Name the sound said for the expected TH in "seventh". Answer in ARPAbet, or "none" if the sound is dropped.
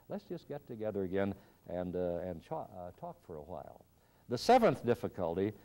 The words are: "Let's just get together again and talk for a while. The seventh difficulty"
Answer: TH